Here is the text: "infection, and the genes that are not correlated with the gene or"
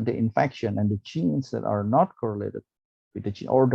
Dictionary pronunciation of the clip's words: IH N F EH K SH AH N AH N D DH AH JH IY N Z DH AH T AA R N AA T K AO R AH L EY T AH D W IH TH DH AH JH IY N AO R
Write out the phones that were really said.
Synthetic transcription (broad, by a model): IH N F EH K SH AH N AH N D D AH CH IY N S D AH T AA R N AA T K AO R AH L EY T AH D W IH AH CH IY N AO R